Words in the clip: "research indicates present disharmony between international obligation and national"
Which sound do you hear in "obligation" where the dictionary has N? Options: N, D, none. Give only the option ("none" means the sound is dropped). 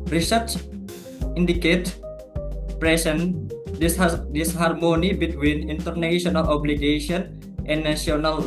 none